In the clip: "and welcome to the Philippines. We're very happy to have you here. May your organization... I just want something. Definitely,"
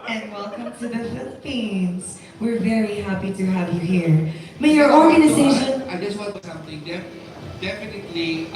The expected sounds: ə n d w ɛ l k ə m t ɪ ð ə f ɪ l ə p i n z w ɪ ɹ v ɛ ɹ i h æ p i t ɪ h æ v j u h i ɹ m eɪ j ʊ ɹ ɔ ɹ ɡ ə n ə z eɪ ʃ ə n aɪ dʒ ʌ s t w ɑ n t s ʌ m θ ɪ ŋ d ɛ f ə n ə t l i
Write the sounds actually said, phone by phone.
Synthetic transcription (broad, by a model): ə n w ɛ l k ə m t ɪ ð ə f ɪ l ə p i n z w ɪ ɹ v ɛ ɹ i h æ p i t ɪ h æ v j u h i ɹ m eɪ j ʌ ɹ ɔ ɹ ɡ ə n ə z eɪ ʃ ə n aɪ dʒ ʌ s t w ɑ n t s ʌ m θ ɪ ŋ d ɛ f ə n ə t l i